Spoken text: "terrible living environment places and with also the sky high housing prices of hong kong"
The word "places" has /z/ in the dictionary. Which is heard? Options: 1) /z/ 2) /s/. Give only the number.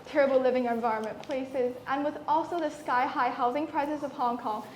1